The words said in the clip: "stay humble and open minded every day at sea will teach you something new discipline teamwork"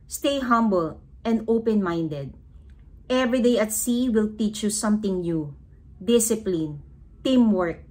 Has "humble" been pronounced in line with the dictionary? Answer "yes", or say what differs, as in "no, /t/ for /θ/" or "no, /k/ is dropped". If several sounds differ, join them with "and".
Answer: yes